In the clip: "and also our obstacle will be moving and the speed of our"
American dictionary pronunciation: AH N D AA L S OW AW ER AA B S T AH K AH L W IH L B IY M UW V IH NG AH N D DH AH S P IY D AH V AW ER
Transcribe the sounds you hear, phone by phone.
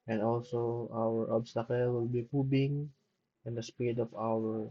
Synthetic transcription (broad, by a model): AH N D AA L S OW AW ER AA B S T AH K AH L W IH L B IY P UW B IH NG AH N D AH S P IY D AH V AW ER